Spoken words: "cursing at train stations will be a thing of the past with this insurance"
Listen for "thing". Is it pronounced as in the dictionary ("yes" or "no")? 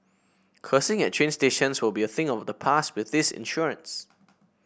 yes